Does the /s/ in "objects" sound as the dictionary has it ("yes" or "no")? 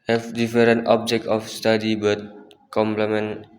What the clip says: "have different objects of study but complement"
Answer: no